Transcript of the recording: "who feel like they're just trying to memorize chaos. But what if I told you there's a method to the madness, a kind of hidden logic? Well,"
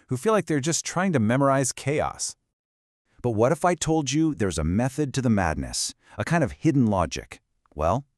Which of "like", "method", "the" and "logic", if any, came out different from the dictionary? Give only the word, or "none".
none